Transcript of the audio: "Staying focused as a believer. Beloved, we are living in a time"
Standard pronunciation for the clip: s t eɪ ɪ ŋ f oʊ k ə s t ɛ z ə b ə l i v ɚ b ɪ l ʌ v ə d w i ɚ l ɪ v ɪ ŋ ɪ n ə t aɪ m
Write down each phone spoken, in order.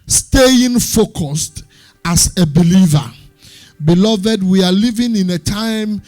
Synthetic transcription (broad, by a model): s t eɪ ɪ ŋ f oʊ k ə s t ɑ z ə b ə l i v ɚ b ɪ l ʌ v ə d w i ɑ l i v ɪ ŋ ɪ n ə t aɪ m